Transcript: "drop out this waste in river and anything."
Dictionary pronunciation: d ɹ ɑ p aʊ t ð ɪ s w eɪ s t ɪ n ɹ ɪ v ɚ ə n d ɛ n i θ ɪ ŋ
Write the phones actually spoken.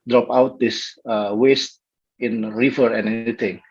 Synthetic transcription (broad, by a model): d ɹ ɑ p aʊ t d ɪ s w eɪ s t ɪ n ɹ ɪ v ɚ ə n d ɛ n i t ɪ ŋ